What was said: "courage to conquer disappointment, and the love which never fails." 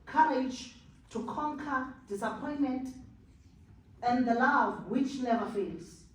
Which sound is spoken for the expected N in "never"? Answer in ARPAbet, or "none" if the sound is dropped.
L